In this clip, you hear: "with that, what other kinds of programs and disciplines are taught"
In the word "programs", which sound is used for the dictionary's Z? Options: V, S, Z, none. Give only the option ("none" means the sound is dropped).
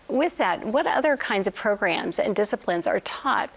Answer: Z